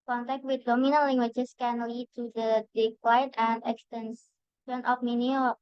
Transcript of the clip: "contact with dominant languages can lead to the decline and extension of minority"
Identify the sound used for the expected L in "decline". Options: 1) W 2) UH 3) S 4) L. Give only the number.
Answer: 1